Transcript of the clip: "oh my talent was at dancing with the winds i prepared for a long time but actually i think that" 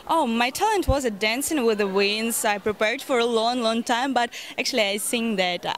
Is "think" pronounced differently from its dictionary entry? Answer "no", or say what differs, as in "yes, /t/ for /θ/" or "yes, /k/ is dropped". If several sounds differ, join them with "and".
yes, /s/ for /θ/